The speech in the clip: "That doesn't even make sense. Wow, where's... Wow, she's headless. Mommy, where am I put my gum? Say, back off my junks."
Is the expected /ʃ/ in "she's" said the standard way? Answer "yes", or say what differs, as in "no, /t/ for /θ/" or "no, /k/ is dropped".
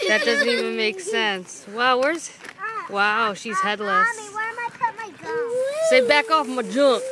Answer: yes